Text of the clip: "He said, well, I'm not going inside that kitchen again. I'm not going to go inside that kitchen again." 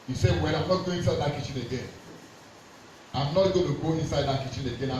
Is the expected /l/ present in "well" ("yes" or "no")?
no